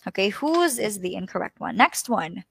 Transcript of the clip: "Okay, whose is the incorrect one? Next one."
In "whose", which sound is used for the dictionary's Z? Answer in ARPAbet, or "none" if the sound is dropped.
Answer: Z